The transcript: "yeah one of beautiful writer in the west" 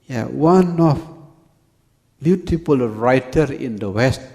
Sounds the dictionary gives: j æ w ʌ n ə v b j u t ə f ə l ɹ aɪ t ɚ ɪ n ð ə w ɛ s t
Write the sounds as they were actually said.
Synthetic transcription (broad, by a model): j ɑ w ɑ n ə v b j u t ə p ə l ɹ aɪ t ɚ ɪ n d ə w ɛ s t